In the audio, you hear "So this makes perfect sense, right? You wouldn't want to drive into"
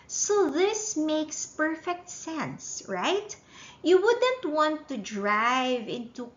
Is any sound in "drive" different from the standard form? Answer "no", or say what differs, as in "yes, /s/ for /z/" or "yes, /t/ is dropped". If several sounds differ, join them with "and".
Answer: no